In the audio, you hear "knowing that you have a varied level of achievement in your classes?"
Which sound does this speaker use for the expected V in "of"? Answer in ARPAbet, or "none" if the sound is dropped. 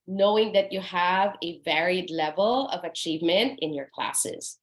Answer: V